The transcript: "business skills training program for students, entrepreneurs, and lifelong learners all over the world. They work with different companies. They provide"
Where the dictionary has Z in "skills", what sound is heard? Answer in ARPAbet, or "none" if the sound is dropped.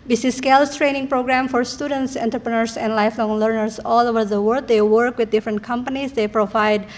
S